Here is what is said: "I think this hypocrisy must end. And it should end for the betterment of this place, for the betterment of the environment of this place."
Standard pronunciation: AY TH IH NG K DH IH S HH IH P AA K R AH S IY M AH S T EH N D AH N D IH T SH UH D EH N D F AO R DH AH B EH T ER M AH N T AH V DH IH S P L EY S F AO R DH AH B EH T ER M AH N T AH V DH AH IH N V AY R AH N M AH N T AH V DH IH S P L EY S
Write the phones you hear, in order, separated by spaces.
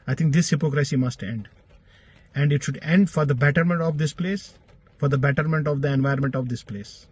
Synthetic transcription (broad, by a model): AY T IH NG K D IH S HH IH P AA K R AH S IY M AH S T EH N D AH N D IH T SH UH D EH N D F AO R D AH B EH T ER M AH N T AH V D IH S P L EY S F AO R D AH B EH T ER M AH N T AH V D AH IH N V AY AH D M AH N T AH V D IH S P L EY S